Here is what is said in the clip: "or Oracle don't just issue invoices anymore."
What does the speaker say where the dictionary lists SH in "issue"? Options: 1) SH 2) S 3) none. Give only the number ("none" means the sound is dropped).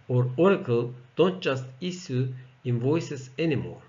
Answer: 2